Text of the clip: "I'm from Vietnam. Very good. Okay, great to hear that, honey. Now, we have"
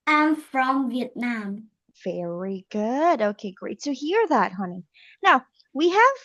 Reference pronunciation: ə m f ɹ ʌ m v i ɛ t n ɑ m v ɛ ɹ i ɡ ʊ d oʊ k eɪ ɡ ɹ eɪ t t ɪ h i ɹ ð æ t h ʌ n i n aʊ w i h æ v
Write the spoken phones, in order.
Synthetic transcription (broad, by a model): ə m f ɹ ʌ m v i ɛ t n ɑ m v ɛ ɹ i ɡ ʊ d oʊ k eɪ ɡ ɹ eɪ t t ɪ h i ɹ ð æ t h ʌ n i n aʊ w i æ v